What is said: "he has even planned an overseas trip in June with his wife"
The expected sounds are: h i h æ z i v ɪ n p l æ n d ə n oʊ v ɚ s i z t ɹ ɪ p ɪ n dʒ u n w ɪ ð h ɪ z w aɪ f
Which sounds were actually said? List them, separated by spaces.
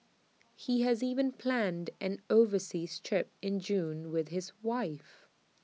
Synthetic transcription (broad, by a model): h i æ z i v ɪ n p l æ n d ə n oʊ v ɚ s i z t ɹ ɪ p ɪ n dʒ u n w ɪ ð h ɪ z w aɪ f